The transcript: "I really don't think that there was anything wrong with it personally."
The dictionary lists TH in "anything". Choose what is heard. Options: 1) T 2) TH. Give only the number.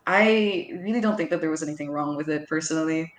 2